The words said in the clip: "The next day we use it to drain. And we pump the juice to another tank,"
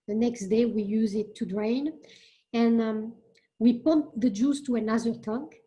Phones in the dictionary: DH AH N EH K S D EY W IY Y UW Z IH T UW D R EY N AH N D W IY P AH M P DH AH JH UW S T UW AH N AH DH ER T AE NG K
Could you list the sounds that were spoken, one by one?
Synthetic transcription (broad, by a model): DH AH N EH K S D EY W IY Y UW Z IH T UW D R EY N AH N W IY P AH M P DH AH JH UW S T UW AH N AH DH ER T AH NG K